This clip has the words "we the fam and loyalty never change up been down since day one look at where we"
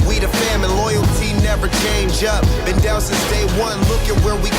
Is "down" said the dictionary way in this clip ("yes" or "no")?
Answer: no